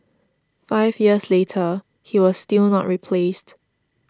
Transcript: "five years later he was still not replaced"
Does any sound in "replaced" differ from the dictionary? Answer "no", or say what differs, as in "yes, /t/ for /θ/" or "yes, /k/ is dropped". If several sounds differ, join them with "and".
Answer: no